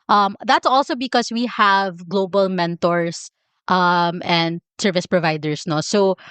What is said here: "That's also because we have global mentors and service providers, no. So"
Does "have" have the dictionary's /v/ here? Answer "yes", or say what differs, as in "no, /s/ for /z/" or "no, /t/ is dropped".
yes